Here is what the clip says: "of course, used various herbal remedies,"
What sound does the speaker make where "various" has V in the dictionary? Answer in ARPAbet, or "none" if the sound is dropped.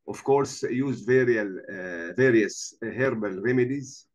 V